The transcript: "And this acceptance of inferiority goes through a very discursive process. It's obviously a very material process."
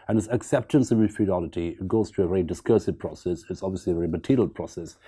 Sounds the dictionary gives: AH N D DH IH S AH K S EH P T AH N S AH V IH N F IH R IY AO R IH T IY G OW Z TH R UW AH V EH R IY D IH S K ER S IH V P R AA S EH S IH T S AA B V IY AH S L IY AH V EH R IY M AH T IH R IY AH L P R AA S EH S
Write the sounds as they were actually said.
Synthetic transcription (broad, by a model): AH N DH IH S AH K S EH P T AH N S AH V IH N F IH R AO L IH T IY G OW Z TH R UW AH V EH R IY D IH S K ER S IH V P R AA S EH S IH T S AA B V IY AH S L IY AH V EH R IY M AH T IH R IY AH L P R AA S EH S